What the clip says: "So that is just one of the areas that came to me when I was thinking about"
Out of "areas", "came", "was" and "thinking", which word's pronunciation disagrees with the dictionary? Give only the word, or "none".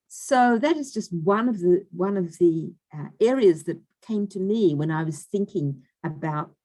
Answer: none